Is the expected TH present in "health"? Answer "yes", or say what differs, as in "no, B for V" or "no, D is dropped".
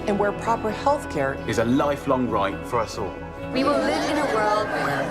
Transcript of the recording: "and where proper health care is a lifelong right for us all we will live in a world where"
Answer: yes